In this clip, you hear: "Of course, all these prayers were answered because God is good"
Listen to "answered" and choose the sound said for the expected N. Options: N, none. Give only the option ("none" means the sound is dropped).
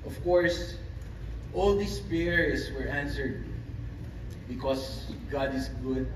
N